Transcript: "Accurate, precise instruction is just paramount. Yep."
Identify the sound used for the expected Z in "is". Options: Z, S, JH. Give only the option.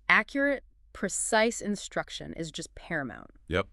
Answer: Z